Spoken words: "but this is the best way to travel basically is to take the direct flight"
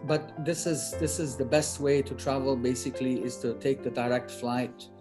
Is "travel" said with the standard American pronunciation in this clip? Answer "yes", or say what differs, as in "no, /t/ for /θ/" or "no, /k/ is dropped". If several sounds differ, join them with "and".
yes